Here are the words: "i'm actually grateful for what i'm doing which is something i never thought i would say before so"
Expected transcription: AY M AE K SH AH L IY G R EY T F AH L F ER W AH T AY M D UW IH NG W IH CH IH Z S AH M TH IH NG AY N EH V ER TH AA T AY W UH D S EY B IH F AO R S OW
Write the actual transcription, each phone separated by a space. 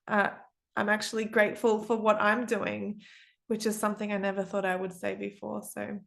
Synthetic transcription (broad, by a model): AY M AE K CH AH L IY G R EY T F AH L F ER W AH T AY M D UW IH NG W IH CH IH Z S AH M TH IH NG AY N EH V ER TH AA T AY W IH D S EY B IH F AO R S OW